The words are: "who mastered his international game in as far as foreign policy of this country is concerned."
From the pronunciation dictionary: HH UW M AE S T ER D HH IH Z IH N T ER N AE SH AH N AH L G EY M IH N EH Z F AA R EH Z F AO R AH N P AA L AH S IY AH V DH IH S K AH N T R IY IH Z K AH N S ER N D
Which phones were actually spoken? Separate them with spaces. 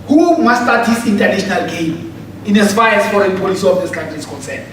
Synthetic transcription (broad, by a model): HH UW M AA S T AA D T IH S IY N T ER N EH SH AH N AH L G EY M IH N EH S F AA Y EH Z F AO R AH N P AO L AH S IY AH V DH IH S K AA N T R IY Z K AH N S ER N